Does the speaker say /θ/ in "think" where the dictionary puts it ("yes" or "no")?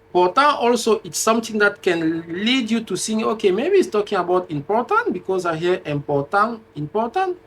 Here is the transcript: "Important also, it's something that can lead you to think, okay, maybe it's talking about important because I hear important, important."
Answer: no